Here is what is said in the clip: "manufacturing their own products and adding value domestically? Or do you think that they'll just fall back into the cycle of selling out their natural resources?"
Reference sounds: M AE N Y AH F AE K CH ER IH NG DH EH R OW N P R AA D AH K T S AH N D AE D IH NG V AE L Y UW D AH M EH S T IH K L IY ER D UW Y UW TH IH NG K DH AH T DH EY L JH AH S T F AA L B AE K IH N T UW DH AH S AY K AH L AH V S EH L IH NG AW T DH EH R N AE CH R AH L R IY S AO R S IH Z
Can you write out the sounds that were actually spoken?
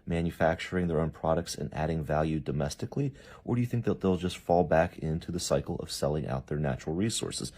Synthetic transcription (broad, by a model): M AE N Y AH F AE K CH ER IH NG DH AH R OW N P R AA D AH K T S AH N AE D IH NG V AE L Y UW D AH M EH S T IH K L IY ER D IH Y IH TH IH NG K DH AH T DH EY L JH AH S T F AA L B AE K IH N T UW DH AH S AY K L AH V S EH L IH NG AW T DH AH R N AE CH R L R IY S AO R S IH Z